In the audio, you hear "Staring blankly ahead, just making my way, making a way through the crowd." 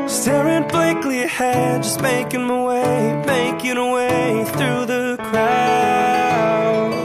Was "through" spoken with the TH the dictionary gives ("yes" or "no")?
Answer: yes